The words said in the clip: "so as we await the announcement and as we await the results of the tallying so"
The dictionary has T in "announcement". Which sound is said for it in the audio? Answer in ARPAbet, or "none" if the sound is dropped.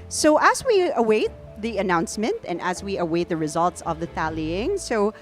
T